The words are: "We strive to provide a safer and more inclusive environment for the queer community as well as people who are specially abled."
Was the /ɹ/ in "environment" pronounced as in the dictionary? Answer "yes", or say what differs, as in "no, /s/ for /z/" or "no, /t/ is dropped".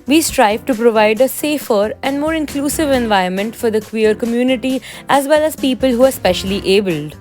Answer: no, /ɹ/ is dropped